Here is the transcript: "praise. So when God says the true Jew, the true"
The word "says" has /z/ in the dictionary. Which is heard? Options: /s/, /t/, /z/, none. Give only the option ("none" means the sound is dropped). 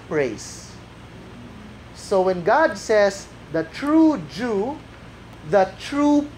/s/